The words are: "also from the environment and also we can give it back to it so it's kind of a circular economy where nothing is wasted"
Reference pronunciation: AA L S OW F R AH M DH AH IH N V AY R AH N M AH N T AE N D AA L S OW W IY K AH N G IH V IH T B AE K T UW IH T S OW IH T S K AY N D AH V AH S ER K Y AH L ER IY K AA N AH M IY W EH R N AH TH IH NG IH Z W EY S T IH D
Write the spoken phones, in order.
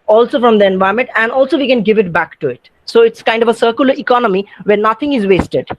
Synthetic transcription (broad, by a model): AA L S OW F R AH M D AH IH N V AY AH M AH N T AE N D AA L S OW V IY K AH N G IH V IH T B AE K T UW IH T S OW IH T S K AY N D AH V AH S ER K Y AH L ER IY K AA N AH M IY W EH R N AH T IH NG IH Z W EY S T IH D